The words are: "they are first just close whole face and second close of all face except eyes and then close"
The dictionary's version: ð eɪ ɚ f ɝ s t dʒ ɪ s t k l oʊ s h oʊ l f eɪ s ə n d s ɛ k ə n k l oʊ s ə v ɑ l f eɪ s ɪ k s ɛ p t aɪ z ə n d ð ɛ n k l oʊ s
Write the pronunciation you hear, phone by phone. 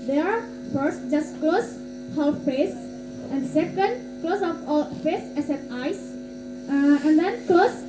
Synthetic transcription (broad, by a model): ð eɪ ɚ f ɝ s t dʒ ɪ s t k l oʊ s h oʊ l f eɪ s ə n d s ɛ k ə n k l oʊ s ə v ɑ l f eɪ s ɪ s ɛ t aɪ s ə n d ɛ n k l oʊ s